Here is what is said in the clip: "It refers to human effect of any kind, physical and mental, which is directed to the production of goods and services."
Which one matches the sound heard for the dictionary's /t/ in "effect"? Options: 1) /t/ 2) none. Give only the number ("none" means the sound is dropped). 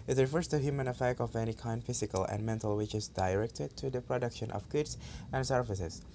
1